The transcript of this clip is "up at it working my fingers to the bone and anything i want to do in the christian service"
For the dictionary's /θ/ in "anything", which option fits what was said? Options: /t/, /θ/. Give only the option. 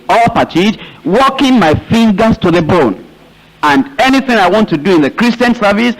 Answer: /θ/